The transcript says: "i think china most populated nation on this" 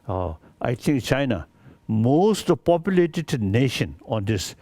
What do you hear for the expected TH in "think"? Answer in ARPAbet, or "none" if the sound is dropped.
T